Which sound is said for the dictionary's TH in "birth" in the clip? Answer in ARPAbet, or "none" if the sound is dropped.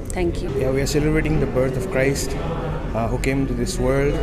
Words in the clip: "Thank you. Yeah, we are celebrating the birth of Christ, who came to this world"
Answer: T